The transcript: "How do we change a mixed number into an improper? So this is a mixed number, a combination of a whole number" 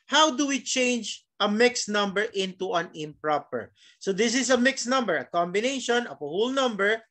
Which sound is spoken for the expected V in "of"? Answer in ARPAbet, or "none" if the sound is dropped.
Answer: P